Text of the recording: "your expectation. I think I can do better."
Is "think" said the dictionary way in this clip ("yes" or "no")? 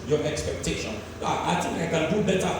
no